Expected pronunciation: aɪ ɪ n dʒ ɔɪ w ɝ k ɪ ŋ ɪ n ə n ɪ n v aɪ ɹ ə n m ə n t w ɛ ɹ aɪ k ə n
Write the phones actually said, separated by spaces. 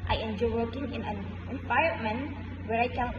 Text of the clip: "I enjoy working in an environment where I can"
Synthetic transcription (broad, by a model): aɪ ɪ n dʒ ɔɪ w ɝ k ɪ ŋ ɪ n ə n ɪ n p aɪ ə m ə n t w ɛ ɹ aɪ k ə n